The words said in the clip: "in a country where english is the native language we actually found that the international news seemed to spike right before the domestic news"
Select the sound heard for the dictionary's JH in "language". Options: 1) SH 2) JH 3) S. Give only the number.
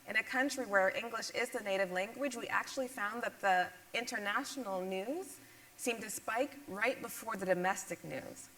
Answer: 2